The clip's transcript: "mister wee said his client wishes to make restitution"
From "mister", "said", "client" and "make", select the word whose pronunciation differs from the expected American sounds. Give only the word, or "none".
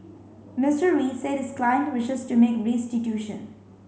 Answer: none